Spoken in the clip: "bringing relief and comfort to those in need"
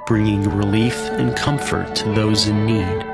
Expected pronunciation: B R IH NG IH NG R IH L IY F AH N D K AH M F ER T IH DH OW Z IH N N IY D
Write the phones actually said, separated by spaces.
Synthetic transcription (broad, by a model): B R IH NG IH NG R IH L IY F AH N K AH M F ER T IH DH OW Z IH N N IY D